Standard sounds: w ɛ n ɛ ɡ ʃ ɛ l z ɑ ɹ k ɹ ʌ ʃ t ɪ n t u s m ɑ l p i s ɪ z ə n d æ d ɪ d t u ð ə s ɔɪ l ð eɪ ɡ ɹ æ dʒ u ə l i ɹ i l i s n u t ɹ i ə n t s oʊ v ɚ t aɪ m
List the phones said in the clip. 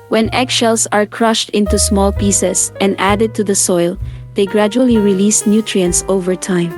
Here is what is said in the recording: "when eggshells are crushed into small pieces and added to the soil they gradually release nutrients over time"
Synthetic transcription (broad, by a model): w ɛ n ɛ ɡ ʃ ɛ l s ɑ ɹ k ɹ ʌ ʃ t ɪ n t u s m ɑ l p i s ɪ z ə n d æ d ɪ d t u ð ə s ɔɪ l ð eɪ ɡ ɹ æ dʒ u ə l i ɹ i l i s n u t ɹ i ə n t s oʊ v ɚ t aɪ m